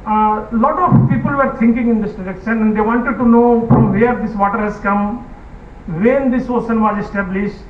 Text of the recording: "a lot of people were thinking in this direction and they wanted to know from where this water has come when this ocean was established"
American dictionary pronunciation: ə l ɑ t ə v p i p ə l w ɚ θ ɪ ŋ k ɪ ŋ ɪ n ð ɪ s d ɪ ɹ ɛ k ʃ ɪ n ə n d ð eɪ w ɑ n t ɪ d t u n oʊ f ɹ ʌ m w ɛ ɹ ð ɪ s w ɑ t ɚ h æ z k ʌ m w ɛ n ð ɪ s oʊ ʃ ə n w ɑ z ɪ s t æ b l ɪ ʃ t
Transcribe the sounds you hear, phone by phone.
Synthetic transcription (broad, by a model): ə l ɑ t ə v p i p ə l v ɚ t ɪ ŋ k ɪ ŋ ɪ n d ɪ s d ɪ ɹ ɛ k ʃ ɪ n ə n d eɪ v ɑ n t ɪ d t u n oʊ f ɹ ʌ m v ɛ ɹ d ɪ s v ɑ t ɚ h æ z k ʌ m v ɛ n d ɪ s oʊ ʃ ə n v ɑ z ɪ s t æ b l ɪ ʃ t